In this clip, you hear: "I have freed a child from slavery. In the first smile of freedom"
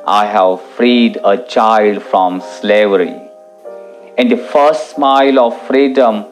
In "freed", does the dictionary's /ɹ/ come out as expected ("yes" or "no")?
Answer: yes